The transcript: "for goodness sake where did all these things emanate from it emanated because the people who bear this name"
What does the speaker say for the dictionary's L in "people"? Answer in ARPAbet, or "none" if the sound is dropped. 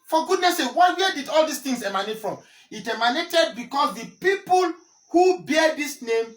L